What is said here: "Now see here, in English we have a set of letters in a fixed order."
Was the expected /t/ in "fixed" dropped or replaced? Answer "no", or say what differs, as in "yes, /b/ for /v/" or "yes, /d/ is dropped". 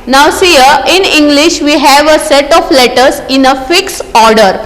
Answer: yes, /t/ is dropped